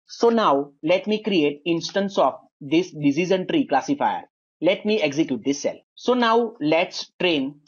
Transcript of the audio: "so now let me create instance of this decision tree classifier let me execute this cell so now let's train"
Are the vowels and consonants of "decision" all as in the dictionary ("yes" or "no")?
no